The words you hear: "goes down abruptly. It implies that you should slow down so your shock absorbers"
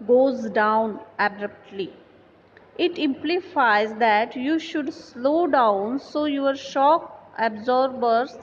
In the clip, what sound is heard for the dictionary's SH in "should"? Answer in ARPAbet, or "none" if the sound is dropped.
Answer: SH